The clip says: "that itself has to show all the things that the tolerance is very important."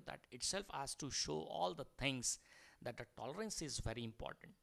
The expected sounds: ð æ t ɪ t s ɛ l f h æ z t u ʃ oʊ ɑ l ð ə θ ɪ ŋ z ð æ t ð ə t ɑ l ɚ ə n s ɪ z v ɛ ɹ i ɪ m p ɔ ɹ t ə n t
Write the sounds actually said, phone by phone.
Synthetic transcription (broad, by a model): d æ t ɪ t s ɛ l f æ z t u ʃ oʊ ɑ l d ə t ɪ ŋ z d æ t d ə t ɑ l ɚ ə n s ɪ z v ɛ ɹ i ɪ m p ɔ ɹ t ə n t